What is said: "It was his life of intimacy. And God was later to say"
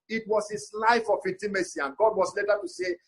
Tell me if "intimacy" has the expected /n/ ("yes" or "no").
no